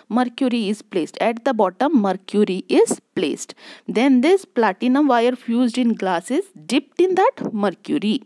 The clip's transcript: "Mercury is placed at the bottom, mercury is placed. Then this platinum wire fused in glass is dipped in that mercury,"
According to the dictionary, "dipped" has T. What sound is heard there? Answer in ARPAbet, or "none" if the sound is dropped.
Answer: T